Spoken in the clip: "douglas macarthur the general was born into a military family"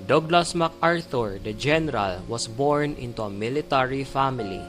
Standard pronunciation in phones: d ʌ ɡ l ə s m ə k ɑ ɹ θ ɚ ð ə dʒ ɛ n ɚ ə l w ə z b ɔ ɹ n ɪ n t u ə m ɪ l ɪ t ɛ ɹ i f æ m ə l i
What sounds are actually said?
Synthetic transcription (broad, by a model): d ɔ ɡ l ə s m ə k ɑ ɹ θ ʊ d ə dʒ ɛ n ɚ ə l w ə s b ɔ ɹ n ɪ n t u ə m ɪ l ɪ t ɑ ɹ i f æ m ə l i